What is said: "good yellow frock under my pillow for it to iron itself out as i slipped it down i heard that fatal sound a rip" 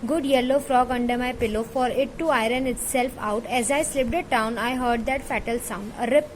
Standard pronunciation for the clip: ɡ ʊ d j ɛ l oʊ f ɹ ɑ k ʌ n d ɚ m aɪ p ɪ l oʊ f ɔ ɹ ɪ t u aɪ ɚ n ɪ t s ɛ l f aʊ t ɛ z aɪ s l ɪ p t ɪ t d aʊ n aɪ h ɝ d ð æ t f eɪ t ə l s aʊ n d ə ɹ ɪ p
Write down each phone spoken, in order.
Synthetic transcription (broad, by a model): ɡ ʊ d j ɛ l oʊ f ɹ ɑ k ʌ n d ɚ m aɪ p ɪ l oʊ f ɔ ɹ ɪ t u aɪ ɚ n ɪ t s ɛ l f aʊ t ɛ z aɪ s l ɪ p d ɪ t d aʊ n aɪ h ɝ d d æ t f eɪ t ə l s aʊ n d ə ɹ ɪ p